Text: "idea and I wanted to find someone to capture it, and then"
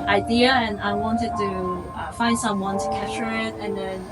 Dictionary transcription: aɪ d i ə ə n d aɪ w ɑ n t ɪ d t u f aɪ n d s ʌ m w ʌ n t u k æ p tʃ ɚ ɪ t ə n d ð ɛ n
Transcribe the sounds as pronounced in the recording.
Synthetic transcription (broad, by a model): aɪ d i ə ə n aɪ w ɑ n t ɪ d t u f aɪ n d s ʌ m w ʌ n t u k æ tʃ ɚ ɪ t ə n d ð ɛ n